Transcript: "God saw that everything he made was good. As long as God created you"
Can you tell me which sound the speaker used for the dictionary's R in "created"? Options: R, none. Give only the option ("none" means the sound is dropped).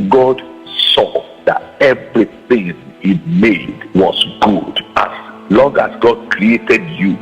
R